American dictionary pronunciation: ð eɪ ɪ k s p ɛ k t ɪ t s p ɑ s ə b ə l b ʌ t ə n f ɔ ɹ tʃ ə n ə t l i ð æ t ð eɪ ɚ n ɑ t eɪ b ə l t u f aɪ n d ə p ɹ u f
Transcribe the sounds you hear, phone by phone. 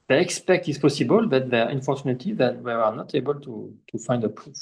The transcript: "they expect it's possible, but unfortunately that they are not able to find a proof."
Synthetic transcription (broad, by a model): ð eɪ ɪ k s p ɛ k t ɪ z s p ɑ s ə b ə l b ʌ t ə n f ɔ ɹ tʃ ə n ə t i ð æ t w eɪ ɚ n ɑ t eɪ b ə l t u f aɪ n d ə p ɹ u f